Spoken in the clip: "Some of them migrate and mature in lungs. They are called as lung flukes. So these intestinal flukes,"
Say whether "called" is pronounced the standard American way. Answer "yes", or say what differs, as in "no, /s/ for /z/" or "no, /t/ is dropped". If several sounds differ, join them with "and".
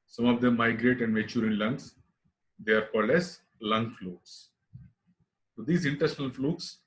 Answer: no, /d/ is dropped